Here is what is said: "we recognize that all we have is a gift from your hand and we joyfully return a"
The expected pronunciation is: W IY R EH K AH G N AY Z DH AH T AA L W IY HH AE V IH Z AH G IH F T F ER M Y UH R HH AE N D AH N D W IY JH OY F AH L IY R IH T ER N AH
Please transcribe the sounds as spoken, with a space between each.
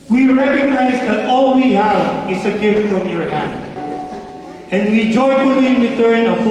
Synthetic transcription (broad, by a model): W IY R EH K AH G N AY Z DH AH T AA L W IY HH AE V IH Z AH G IH F T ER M Y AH R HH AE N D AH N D W IY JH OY AH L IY W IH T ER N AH